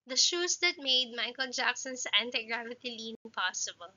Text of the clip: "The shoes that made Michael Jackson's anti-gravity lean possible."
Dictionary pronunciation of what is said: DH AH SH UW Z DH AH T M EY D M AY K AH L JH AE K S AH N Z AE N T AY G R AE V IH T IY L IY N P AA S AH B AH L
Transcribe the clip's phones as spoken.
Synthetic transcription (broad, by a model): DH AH SH UW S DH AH T M EY D M AY K AH L JH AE K S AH N S AE N T AY G R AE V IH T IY L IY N P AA S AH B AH L